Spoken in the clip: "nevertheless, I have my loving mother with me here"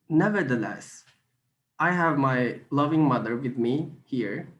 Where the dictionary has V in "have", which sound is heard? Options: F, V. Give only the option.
V